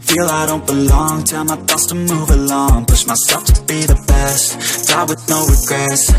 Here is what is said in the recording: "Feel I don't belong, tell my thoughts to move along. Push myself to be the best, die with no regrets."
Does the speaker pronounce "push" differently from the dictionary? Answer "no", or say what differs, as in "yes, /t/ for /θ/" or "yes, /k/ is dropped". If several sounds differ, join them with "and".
yes, /s/ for /ʃ/